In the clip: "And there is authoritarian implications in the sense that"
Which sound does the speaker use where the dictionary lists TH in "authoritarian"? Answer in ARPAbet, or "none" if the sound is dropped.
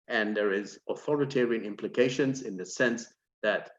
TH